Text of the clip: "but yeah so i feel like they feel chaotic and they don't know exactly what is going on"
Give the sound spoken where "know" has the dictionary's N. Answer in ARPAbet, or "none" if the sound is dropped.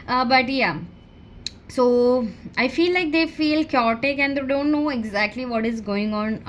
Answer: N